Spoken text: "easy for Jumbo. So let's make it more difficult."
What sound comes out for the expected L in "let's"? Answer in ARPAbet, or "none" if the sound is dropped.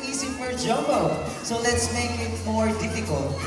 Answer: L